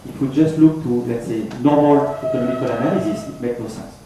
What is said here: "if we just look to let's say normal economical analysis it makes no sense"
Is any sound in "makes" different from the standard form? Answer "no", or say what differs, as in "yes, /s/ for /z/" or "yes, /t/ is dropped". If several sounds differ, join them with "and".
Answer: yes, /s/ is dropped